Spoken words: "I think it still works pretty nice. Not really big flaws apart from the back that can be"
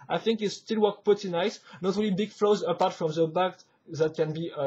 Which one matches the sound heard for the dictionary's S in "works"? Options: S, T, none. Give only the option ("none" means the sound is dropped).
none